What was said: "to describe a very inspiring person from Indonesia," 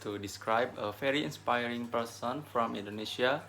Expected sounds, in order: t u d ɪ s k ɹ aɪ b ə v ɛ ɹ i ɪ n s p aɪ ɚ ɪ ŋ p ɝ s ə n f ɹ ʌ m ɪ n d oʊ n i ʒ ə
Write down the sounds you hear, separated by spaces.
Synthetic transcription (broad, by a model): t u d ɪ s k ɹ aɪ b ə f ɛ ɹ i ɪ n s p aɪ ɚ ɪ ŋ p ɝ s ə n f ɹ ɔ m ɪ n d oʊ n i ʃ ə